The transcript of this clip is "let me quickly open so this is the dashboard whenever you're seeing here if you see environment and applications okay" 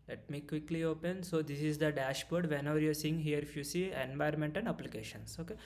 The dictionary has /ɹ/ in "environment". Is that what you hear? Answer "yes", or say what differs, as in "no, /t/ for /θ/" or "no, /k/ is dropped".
no, /ɹ/ is dropped